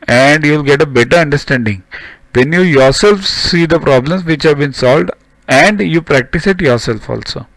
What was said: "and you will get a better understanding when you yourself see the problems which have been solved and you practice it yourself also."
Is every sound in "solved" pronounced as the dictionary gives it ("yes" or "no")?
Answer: yes